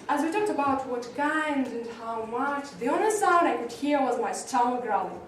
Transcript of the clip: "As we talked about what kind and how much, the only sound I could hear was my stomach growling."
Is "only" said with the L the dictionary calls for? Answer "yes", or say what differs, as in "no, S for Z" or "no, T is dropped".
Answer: no, L is dropped